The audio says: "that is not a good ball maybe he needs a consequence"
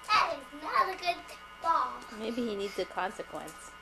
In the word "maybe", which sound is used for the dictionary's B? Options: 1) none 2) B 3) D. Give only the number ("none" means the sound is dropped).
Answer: 2